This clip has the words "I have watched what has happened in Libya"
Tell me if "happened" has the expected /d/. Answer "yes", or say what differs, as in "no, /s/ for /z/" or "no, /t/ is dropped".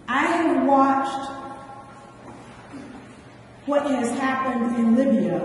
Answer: yes